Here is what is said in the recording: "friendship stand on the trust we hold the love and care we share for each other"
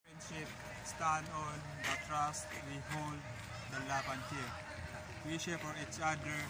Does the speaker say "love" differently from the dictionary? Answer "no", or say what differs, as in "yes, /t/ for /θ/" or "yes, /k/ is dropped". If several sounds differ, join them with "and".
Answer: yes, /p/ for /v/